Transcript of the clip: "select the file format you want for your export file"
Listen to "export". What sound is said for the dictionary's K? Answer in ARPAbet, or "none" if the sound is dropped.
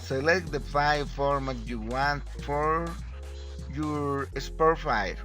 none